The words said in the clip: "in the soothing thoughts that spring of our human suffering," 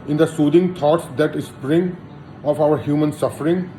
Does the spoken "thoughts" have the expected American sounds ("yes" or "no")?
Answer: no